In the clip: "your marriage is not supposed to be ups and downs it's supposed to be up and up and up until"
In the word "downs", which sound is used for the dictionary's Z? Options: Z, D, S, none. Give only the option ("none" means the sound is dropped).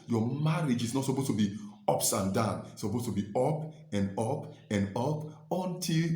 none